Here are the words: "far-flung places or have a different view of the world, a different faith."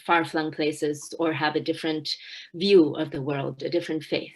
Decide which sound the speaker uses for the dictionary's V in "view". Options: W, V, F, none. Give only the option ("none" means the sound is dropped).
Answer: V